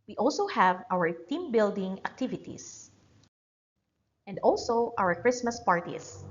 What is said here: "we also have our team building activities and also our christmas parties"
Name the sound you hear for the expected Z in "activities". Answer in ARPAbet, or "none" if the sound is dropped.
S